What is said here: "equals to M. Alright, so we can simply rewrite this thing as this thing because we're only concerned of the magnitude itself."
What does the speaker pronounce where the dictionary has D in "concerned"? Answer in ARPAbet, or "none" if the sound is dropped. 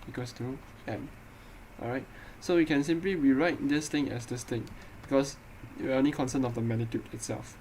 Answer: none